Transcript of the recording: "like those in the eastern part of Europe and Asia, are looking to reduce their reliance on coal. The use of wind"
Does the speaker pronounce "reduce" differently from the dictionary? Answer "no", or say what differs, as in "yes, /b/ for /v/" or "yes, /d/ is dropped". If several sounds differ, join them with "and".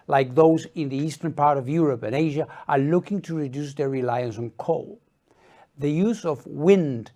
no